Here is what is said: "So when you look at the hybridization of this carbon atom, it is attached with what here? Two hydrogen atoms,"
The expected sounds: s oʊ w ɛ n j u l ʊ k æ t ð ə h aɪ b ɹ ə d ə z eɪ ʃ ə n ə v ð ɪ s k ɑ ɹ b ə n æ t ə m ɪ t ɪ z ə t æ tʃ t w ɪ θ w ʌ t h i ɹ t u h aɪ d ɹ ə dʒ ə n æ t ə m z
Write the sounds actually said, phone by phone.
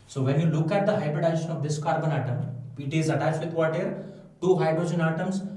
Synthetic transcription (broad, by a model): s oʊ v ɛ n j u l ʊ k æ t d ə h aɪ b ɹ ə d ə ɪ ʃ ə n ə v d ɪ s k ɑ ɹ b ə n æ t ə m ɪ t ɪ z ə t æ t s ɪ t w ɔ t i ɹ t u h aɪ d ɹ ə dʒ ə n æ t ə m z